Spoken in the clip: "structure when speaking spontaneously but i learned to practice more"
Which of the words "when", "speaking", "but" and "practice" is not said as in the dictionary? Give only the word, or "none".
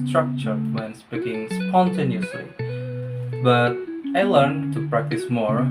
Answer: speaking